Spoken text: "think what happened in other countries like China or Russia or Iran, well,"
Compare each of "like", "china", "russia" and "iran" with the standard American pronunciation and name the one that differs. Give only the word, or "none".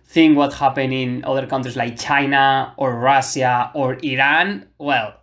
russia